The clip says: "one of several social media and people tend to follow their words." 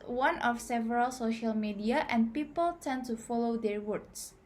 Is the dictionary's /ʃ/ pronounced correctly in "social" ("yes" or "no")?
yes